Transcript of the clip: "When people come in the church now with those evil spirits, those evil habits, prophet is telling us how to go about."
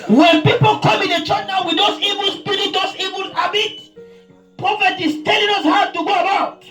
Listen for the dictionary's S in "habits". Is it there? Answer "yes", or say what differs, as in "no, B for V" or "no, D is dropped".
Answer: no, S is dropped